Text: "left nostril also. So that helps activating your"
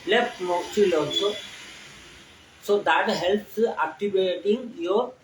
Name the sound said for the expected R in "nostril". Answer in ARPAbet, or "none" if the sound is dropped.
none